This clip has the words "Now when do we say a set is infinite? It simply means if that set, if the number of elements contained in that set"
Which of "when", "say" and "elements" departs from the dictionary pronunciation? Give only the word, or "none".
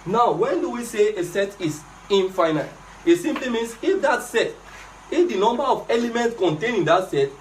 none